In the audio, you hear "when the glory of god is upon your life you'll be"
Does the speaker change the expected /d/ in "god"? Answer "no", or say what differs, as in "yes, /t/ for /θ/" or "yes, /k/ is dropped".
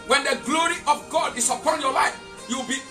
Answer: no